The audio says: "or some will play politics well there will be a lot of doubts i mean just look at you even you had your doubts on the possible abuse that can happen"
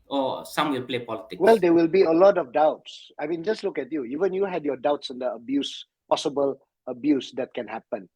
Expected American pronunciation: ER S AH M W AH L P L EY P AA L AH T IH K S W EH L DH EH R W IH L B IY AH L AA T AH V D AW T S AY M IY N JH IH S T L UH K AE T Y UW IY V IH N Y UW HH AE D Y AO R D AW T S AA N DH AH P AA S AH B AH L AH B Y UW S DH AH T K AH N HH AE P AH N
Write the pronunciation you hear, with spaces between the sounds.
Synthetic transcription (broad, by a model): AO S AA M W AH L P L EY P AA L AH T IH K W EH L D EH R W IH L B IY AH L AA T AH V D AW T S AY M IY N JH IH S T L UH K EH T Y UW IY V IH N Y UW HH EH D Y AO D AW T S AA N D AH P AA S AH B AH L AH B Y UW S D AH T K AH N HH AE P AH N